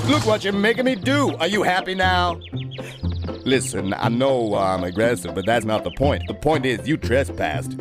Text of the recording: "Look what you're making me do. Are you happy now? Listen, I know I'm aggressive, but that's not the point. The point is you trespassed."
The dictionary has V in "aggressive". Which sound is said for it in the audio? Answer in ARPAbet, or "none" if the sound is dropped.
V